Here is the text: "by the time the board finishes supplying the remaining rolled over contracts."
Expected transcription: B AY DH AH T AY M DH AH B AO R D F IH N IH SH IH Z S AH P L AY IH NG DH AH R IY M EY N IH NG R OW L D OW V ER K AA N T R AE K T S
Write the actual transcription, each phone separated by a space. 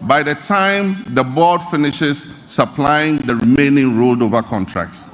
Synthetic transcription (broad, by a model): B AY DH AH T AY M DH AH B AO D F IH N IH SH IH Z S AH P L AY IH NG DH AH R IY M EY N IH NG R OW L D OW V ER K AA N T R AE K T S